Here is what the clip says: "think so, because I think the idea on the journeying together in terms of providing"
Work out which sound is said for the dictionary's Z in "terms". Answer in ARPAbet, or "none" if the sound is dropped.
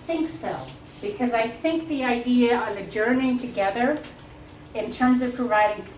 Z